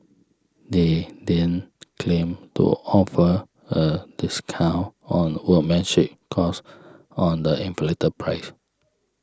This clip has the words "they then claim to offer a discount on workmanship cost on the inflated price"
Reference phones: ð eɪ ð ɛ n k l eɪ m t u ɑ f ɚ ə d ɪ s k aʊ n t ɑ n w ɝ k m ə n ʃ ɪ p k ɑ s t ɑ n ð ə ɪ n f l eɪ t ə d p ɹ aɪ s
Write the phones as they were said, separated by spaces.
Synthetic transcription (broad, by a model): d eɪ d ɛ n k l eɪ m t u ɑ f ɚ ə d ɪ s k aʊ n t ɑ n w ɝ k m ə n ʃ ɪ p k ɑ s ɑ n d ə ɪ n f l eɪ t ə p ɹ aɪ s